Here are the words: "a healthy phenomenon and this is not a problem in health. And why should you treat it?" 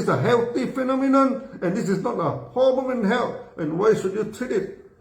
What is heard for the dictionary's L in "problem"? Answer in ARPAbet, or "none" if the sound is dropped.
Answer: none